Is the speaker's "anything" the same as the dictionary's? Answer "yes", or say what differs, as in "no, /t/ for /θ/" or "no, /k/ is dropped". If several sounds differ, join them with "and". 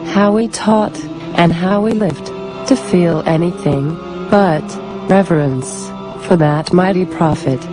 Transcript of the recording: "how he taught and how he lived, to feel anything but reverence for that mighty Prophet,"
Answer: yes